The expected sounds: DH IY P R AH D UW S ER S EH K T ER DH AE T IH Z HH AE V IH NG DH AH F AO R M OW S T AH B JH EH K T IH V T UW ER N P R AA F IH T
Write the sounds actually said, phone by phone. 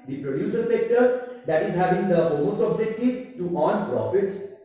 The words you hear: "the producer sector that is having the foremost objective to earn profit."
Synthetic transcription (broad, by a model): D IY P R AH D UW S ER S EH K T ER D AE T IH Z HH AE V IH NG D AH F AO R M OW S AH B JH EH K T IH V T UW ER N P R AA F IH T